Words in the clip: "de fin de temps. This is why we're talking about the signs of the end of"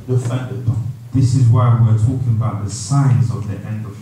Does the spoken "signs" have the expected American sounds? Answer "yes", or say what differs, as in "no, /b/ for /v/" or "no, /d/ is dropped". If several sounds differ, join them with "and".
yes